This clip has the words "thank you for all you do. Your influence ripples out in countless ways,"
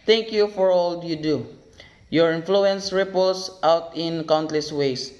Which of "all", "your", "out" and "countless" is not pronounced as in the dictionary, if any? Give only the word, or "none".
none